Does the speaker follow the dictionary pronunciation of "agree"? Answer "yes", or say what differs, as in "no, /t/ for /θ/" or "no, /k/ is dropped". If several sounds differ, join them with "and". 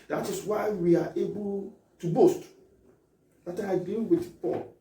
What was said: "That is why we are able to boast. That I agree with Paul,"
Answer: no, /ɹ/ is dropped